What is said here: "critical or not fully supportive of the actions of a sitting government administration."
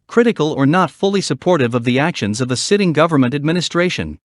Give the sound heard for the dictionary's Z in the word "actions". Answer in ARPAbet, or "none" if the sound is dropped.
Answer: Z